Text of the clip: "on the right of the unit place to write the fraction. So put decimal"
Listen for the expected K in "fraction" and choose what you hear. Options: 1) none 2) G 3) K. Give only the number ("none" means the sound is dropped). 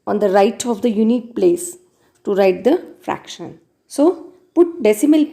3